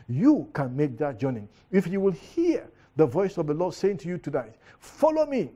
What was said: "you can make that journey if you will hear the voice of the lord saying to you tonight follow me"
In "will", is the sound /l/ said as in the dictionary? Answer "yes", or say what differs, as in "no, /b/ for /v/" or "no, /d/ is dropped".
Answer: yes